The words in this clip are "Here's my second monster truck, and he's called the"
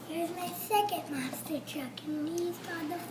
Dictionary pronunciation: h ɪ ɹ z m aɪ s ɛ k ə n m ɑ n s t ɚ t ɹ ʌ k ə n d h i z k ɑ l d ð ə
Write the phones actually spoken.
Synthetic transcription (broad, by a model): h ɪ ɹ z m aɪ s ɛ k ə n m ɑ s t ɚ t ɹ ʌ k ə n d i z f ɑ d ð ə